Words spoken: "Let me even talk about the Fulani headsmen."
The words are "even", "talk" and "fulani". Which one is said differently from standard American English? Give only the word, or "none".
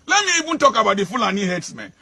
even